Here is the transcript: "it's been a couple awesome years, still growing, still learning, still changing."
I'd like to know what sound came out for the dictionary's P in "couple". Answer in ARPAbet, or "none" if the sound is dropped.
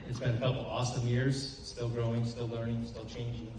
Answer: F